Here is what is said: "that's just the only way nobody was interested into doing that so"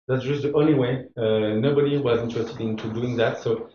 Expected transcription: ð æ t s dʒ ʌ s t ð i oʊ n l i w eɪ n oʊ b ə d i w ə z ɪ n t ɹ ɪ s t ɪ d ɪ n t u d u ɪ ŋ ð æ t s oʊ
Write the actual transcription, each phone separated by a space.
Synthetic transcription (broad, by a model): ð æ t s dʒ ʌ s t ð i oʊ n l i w eɪ n oʊ b ə d i w ə z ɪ n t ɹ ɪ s t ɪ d ɪ n t u d u ɪ ŋ ð æ t s oʊ